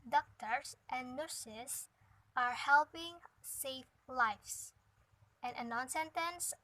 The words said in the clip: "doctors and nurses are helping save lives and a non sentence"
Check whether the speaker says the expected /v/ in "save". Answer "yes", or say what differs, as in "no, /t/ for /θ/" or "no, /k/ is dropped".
no, /f/ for /v/